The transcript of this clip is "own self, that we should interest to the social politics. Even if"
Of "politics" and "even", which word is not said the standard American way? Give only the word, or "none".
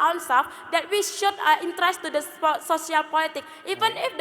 politics